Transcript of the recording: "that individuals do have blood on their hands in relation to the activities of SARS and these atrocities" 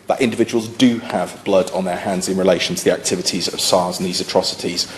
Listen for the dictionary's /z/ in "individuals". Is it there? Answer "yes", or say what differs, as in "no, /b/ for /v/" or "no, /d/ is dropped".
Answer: yes